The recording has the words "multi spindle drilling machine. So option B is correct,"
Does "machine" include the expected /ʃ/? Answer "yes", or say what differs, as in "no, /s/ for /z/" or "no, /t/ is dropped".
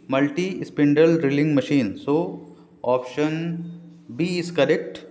yes